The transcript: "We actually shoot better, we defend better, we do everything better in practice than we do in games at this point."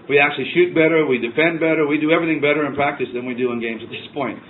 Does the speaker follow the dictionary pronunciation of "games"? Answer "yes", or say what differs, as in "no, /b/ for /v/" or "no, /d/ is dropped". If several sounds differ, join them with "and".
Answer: yes